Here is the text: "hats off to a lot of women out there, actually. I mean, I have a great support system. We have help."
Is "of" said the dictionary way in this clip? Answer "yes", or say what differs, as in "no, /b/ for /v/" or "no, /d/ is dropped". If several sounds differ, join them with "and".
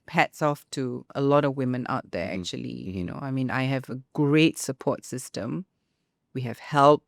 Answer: yes